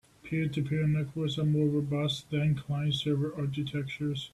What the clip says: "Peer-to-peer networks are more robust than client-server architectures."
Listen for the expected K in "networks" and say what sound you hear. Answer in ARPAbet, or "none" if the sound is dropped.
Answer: none